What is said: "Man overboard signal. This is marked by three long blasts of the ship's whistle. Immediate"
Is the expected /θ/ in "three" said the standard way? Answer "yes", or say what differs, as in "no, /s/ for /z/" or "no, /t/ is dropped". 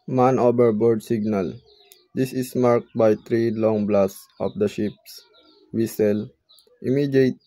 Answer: no, /t/ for /θ/